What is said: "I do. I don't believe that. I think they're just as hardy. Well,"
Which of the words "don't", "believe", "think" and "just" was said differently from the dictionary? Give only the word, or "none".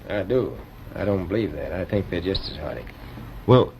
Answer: none